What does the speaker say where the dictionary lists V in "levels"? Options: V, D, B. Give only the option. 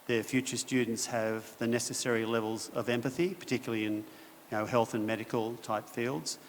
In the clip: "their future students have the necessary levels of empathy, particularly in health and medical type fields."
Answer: V